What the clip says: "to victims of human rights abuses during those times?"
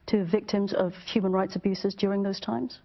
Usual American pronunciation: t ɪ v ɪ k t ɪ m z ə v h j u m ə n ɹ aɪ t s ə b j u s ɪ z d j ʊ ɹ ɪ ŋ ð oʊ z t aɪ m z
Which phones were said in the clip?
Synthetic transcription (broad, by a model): t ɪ v ɪ k t ɪ m z ə v h j u m ə n ɹ aɪ t s ə b j u s ɪ z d j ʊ ɹ ɪ ŋ ð oʊ z t aɪ m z